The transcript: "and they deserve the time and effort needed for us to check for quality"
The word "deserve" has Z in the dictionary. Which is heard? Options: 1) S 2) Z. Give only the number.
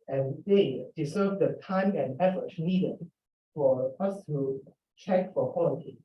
1